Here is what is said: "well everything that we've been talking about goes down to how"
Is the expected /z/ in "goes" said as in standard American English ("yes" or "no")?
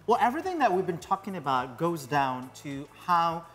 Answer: yes